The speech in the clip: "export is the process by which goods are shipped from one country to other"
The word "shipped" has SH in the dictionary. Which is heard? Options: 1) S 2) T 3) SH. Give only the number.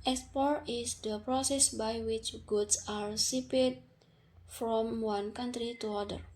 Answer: 1